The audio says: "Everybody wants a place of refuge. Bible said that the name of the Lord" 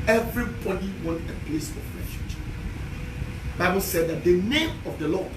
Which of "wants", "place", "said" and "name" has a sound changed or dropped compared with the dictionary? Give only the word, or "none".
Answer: wants